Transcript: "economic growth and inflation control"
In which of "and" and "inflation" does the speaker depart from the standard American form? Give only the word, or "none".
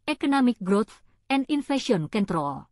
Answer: inflation